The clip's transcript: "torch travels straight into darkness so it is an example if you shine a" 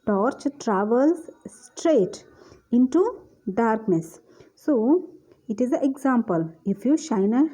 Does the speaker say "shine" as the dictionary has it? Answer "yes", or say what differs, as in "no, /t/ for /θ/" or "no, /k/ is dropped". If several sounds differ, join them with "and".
yes